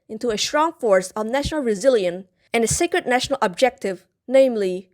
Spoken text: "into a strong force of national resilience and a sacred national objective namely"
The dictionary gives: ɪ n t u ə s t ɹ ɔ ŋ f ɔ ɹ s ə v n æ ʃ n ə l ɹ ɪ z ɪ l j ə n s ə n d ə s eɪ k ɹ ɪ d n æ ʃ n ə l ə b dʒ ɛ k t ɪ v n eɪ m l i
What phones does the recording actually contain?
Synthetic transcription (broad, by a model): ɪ n t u ə s t ɹ ɔ ŋ f ɔ ɹ s ə v n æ ʃ n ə l ɹ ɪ z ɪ l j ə n ə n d ə s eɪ k ɹ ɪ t n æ ʃ n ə l ə b dʒ ɛ k t ɪ v n eɪ m l i